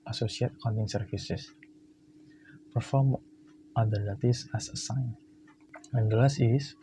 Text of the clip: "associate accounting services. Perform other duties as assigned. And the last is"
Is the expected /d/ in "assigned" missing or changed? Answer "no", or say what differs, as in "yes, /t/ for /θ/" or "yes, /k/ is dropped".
yes, /d/ is dropped